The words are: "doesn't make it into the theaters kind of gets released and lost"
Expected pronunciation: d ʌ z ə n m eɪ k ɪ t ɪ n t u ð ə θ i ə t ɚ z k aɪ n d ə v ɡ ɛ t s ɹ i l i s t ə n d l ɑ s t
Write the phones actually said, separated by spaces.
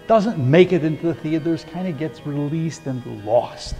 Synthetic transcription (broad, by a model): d ʌ z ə n m eɪ k ɪ t ɪ n t u ð ə θ i ə t ɚ z k aɪ n d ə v ɡ ɛ t s ɹ i l i s t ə n l ɑ s t